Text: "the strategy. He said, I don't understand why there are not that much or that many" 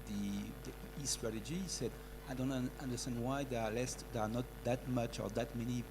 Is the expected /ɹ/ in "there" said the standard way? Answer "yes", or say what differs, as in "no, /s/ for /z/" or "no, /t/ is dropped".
no, /l/ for /ɹ/